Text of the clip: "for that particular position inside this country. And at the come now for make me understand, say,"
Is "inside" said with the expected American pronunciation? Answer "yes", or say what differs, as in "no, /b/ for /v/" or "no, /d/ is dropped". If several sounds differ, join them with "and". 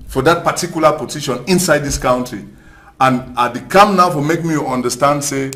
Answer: yes